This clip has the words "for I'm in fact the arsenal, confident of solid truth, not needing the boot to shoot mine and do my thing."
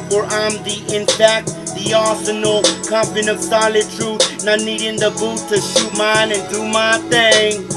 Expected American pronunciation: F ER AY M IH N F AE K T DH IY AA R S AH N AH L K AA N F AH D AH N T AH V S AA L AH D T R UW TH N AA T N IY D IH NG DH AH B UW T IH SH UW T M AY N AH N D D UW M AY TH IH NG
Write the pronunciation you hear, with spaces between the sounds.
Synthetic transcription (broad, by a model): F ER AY M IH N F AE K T DH IY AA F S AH N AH L K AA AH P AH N AH V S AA L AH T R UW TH N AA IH N IY D IH NG DH AH B UW T IH SH UW T M AY N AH N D D UW M AY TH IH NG